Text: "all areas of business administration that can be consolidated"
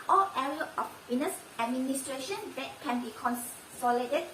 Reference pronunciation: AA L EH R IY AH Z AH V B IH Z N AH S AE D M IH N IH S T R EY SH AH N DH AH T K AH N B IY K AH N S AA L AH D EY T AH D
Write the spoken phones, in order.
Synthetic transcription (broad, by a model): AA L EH R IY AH AH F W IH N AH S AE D M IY N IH S T R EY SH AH N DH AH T K AH N B IY K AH N S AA L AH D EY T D